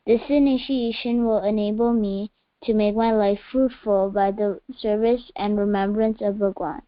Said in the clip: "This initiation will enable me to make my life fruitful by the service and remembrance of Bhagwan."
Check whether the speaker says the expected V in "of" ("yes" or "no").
yes